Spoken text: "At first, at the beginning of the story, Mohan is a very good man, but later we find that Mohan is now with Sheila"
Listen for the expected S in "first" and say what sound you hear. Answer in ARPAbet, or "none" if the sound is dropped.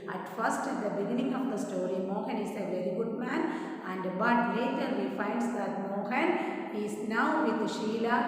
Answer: S